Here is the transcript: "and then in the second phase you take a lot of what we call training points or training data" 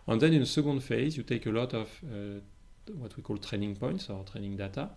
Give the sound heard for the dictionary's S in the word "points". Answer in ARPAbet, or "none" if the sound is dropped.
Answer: S